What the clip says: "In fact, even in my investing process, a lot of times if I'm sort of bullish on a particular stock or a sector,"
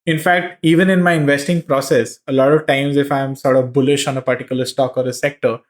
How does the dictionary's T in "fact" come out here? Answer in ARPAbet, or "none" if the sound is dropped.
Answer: T